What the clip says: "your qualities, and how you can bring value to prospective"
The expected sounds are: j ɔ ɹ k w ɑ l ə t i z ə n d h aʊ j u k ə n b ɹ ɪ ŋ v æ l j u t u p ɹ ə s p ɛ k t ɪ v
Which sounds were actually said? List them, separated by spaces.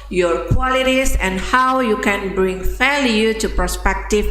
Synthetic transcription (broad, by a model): j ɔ ɹ k w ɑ l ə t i s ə n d h aʊ j u k ə n b ɹ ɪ ŋ f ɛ l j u t u p ɹ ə s p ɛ k t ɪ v